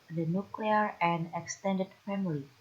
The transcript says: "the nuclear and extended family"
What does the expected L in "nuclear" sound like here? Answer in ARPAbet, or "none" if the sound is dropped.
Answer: L